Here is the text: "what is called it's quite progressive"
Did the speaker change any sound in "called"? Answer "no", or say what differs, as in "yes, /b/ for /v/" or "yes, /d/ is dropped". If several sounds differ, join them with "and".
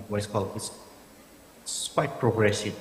yes, /d/ is dropped